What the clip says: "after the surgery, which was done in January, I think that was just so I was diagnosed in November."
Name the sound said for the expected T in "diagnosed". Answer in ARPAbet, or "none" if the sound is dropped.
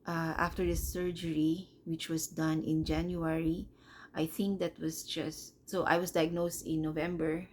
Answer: T